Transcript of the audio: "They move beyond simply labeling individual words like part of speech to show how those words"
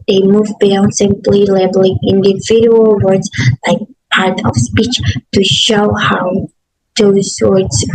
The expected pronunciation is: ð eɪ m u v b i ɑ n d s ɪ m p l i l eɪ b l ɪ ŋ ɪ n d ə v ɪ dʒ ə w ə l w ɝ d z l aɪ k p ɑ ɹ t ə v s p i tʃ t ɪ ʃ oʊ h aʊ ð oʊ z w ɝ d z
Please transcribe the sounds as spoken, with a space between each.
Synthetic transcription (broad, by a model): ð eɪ m u v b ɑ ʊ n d s ɪ m p l i l eɪ b l ɪ ŋ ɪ n d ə v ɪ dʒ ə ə l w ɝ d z l aɪ k p ɑ ɹ t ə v s p i tʃ t ɪ ʃ oʊ h aʊ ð oʊ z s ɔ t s